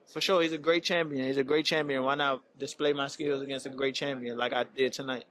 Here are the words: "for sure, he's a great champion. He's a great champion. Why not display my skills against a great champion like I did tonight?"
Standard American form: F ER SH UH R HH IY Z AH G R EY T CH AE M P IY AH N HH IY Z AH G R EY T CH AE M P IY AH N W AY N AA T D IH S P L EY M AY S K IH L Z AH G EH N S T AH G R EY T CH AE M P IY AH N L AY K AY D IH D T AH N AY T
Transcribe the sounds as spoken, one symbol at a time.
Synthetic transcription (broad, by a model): F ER SH UH R HH IY Z AH G R EY T CH AE M P IY AH N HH IY Z AH G R EY T CH AE M P IY AH N W AY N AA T D IH S P L EY M AY S K IH L Z AH G EH N S T AH G R EY T CH AE M P IY AH N L AY K AY D IH D T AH N AY T